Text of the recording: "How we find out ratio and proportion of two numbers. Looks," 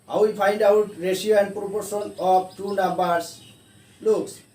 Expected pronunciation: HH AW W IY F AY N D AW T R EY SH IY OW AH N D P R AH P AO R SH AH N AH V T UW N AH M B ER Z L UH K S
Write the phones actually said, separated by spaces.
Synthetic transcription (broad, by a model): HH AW W IY P AY N D AW T R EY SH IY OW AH N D P R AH P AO R S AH N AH B T UW N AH M B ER S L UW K S